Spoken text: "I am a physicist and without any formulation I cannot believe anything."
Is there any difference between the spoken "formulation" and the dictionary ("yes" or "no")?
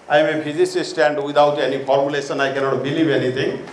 yes